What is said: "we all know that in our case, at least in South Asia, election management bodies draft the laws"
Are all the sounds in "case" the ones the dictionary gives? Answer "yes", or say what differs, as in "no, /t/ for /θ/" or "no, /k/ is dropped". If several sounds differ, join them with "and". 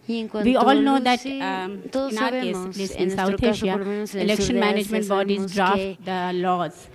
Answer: no, /s/ is dropped